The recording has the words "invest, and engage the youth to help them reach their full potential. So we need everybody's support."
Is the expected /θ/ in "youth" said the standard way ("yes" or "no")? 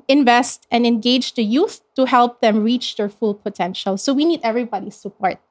yes